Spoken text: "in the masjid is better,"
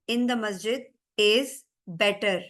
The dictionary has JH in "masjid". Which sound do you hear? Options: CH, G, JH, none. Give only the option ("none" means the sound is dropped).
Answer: JH